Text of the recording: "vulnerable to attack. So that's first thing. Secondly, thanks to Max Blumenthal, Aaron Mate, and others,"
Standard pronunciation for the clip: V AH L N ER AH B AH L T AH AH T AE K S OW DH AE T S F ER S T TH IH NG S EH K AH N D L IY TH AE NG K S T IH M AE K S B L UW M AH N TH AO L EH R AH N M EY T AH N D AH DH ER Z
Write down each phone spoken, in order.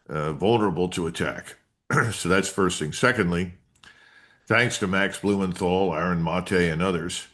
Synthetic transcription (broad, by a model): V AH L N ER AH B L T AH AH T AE K S OW DH AE T S F ER S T TH IH NG S EH K AH N D L IY TH AE NG K S T IH M AE K S B L UW M AH N TH AO L EH R AH N M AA T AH N AH DH ER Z